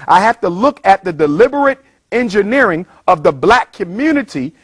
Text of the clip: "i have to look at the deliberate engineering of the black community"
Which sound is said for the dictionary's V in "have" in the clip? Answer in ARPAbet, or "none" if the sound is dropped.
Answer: F